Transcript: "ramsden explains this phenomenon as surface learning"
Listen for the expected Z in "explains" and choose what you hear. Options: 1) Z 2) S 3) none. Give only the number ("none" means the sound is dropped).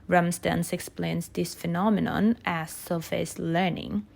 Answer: 2